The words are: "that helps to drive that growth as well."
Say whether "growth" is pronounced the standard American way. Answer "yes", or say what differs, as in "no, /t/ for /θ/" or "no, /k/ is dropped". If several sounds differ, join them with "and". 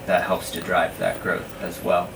yes